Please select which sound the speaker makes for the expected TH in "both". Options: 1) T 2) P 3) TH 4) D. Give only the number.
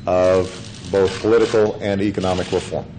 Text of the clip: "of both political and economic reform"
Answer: 3